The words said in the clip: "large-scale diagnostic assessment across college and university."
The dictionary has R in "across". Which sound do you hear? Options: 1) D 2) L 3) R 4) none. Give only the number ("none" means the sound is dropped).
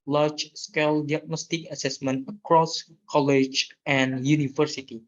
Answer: 3